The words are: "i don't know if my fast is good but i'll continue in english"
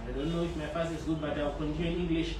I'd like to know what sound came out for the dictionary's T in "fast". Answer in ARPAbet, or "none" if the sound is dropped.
none